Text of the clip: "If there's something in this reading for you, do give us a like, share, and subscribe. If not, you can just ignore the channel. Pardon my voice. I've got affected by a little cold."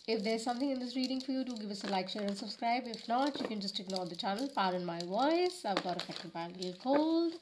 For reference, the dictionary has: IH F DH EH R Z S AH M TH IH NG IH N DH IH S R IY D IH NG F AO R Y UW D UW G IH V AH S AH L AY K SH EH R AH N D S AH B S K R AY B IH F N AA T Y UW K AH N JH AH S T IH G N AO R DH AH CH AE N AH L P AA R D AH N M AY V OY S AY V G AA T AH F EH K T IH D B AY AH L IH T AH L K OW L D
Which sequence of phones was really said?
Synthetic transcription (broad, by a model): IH F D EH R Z S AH M T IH NG IH N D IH S R IY D IH NG F AO R Y UW D UW G IH V AH S AH L AY K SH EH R AH N D S AH B S K R AY B IH F N AA T Y UW K AH N JH AH S T IH G N AO R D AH CH AE N AH L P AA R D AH N M AY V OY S AY V G AA T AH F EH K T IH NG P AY AH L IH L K OW L D